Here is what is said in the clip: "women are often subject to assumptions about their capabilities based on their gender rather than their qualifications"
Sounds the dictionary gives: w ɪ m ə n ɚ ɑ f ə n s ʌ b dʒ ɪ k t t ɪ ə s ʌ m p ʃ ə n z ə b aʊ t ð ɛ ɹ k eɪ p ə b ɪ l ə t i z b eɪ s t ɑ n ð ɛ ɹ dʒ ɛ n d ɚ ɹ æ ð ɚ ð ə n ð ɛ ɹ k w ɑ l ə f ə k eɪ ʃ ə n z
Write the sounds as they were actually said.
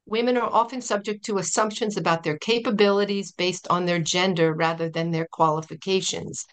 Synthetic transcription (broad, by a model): w ɪ m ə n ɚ ɑ f ə n s ʌ b dʒ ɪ k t t ɪ ə s ʌ m p ʃ ə n z ə b aʊ t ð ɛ ɹ k eɪ p ə b ɪ l ə t i z b eɪ s t n ð ɛ ɹ dʒ ɛ n d ɚ ɹ æ ð ɚ ð ə n ð ɛ ɹ k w ɑ l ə f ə k eɪ ʃ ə n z